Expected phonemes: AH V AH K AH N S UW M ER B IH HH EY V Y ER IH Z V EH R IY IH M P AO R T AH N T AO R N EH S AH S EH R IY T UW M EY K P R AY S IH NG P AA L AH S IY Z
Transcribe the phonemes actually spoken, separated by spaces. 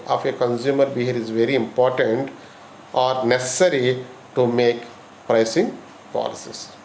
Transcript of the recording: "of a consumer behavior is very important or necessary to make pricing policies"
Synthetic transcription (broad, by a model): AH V AH K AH N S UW M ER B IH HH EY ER IH Z V EH R IY IH M P AO R T AH N T AO R N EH S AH S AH R IY T UW M EY K P R AY S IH NG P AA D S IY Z